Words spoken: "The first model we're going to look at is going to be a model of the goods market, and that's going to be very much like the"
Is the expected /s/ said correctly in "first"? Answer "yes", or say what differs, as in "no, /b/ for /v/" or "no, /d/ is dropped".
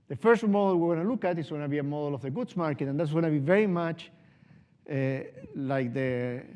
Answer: yes